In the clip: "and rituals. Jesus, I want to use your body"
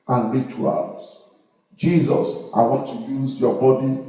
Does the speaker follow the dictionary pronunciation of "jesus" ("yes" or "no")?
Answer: yes